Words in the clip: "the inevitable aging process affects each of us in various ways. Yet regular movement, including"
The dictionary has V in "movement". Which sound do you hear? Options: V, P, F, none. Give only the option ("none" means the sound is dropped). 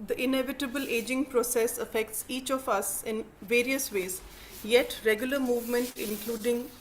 V